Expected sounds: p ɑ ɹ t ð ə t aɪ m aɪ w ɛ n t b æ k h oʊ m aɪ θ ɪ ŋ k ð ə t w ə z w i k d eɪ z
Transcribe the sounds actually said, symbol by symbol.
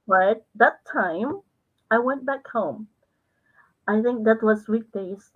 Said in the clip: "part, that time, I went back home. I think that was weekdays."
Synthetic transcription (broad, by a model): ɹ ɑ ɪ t ð ə t aɪ m aɪ w ɛ n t b æ k h oʊ m aɪ θ ɪ ŋ k ð ə t w ə z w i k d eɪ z